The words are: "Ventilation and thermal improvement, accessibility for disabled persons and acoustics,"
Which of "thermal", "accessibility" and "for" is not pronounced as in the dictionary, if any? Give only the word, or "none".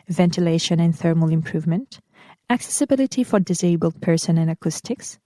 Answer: none